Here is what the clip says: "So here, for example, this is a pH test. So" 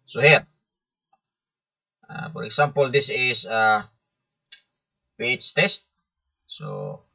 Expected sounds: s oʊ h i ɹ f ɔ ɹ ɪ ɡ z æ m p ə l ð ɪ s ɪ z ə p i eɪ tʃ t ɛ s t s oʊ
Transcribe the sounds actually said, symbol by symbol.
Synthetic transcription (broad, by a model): s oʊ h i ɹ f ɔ ɹ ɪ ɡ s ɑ m p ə l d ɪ s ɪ s ə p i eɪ s t ɛ s t s oʊ